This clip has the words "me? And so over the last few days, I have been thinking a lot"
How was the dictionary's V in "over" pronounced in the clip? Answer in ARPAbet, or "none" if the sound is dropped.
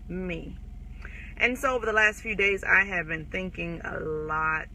V